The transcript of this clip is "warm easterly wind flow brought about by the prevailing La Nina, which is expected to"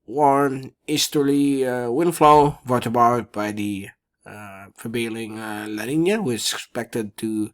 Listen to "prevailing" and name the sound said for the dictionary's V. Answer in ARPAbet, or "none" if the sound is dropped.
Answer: B